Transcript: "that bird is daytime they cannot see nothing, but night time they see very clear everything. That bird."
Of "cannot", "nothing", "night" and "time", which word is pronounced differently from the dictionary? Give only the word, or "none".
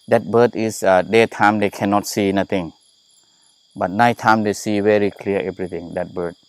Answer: nothing